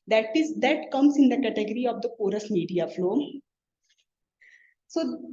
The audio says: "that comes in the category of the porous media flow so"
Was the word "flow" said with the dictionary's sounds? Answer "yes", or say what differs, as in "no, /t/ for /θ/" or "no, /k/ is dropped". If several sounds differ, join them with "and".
yes